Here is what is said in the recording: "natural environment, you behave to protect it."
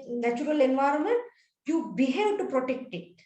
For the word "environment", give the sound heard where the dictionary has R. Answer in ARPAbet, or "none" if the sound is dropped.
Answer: R